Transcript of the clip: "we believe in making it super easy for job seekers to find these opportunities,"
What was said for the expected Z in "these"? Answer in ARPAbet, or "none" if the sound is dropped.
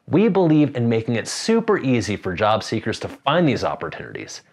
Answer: Z